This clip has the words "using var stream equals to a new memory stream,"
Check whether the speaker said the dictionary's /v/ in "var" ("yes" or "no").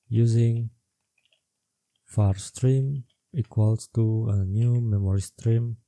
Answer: no